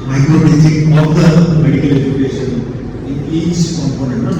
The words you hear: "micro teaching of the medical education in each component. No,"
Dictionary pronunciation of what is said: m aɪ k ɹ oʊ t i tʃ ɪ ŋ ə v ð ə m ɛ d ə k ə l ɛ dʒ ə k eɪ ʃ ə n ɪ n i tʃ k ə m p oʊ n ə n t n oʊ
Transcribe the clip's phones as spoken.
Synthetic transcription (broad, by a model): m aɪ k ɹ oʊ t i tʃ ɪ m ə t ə m ɛ d ə k ə l ɛ dʒ ə k eɪ ʃ ə n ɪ l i s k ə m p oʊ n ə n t